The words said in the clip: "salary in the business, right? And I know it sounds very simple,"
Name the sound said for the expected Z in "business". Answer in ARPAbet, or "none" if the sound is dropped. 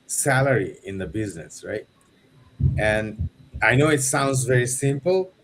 Z